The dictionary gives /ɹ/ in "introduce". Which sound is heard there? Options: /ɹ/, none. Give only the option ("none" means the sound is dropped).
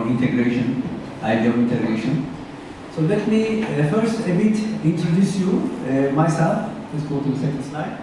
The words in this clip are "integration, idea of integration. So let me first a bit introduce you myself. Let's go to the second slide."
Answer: /ɹ/